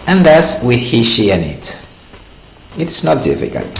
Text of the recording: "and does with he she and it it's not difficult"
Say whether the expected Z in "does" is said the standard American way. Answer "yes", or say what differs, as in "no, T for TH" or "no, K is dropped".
no, S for Z